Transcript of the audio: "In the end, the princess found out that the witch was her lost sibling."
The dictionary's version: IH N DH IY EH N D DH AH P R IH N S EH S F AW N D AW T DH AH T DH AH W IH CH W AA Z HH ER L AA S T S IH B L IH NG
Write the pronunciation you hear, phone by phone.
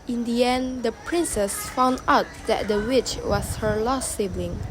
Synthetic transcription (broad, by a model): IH N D IY EH N D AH P R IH N S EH S F AW N D AW T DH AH T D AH W IH CH W AA S HH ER L AA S S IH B L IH NG